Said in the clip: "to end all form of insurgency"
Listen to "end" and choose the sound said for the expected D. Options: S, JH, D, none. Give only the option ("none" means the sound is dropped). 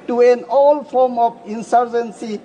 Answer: none